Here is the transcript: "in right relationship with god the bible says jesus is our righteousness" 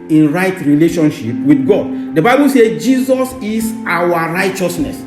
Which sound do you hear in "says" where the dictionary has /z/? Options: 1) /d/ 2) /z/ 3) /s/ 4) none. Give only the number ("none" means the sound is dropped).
4